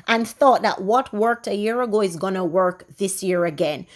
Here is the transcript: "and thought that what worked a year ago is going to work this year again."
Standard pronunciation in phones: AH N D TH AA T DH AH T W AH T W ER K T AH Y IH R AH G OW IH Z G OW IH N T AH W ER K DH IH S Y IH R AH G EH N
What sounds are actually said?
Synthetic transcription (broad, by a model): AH N TH AA T DH AH T W AH T W ER K T AH Y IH R AH G OW IH Z G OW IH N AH W ER K DH IH S Y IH R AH G EH N